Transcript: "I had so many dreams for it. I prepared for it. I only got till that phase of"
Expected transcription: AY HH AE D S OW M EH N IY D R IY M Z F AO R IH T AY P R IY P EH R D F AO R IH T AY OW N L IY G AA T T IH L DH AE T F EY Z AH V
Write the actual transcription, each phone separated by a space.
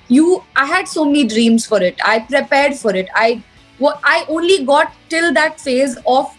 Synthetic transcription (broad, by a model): AY HH AE D S OW M EH N IY D R IY M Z F AO R IH T AY P R IY P EH R D F AO R IH T AY OW N L IY G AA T T IH L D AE T F EY Z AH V